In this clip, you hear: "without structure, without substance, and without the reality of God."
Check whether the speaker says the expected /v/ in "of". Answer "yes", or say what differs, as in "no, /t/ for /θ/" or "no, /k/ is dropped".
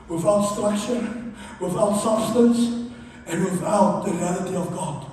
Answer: yes